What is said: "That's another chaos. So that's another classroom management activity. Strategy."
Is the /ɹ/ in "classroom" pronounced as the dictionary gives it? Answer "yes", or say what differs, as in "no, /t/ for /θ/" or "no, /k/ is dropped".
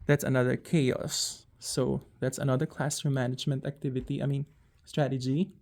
no, /ɹ/ is dropped